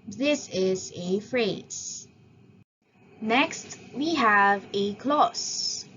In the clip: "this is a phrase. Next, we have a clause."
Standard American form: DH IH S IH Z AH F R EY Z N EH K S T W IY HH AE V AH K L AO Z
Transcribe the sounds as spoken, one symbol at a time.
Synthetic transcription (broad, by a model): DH IH S IH Z AH F R EY Z N EH K S T W IY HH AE V AH K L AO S